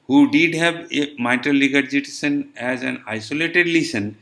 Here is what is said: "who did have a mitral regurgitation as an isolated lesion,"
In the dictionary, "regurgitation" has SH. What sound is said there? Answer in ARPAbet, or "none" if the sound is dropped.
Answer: S